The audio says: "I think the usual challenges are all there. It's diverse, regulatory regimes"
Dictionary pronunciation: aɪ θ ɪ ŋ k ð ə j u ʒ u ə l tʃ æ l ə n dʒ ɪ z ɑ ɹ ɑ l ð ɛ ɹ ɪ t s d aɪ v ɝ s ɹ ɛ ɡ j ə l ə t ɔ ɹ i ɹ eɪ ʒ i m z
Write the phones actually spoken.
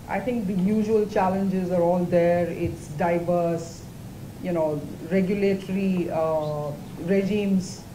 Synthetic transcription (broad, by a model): aɪ t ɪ ŋ k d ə j u ʒ u ə l tʃ æ l ə n dʒ ɪ z ɑ ɹ ɑ l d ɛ ɹ ɪ t s d aɪ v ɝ s ɹ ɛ ɡ j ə l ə t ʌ ɹ i ɹ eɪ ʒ i m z